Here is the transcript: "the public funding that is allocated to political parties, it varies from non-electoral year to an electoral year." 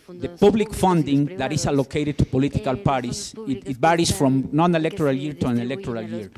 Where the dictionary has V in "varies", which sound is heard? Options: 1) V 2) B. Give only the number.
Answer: 2